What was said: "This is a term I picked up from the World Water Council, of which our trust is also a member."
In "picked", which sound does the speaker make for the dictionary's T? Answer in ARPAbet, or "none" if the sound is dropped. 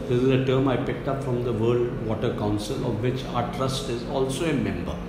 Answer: T